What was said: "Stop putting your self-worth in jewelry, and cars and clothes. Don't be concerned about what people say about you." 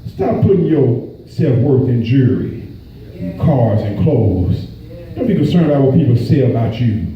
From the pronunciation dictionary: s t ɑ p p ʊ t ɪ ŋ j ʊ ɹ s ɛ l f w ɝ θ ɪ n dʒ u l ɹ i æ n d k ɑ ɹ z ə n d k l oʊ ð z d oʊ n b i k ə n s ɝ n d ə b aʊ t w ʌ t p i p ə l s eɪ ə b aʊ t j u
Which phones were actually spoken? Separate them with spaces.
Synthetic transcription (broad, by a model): s t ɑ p p ʊ t ɪ ŋ j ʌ ɹ s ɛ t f w ɝ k ɪ n dʒ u ɹ i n k ɑ ɹ z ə n k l oʊ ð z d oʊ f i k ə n s ɝ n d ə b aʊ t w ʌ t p i p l s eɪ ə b aʊ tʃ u